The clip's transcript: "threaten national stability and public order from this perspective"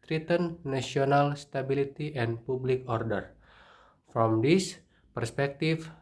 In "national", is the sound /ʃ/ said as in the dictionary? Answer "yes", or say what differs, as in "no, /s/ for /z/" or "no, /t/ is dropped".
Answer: no, /ʃ/ is dropped